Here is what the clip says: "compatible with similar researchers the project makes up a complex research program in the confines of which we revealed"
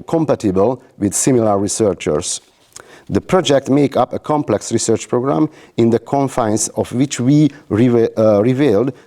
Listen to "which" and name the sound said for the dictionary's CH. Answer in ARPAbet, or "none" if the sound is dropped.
CH